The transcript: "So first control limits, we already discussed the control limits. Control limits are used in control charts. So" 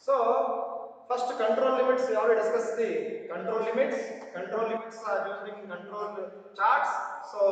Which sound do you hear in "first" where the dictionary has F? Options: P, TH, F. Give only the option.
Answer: P